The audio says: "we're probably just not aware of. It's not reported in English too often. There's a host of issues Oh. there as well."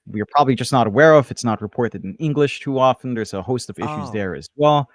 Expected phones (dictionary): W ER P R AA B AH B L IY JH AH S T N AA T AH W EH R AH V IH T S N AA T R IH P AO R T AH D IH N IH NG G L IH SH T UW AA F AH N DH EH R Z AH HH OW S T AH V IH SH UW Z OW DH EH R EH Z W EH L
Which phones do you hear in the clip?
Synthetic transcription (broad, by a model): W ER P R AA B AH B L IY JH AH S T N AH T AH W EH R AH V IH T S N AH T R IH P AO R T AH D IH N IH NG G L IH SH T UW AA F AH N DH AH R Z AH HH OW S T AH V IH SH UW Z DH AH R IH Z W EH L